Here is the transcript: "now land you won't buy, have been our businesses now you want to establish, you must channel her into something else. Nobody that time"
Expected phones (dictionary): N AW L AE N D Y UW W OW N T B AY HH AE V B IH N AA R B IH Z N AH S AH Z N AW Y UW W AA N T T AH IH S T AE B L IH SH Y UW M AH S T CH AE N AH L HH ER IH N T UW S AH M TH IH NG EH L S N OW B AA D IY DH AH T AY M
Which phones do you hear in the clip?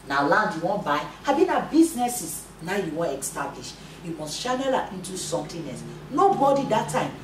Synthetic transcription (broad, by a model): N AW L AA N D Y UW W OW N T B AY HH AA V B IH N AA B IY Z N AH S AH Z N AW Y UW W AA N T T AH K S T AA B L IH SH Y UW M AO S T SH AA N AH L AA IH N T UW S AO M T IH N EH S N OW B AA D IY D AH T AY M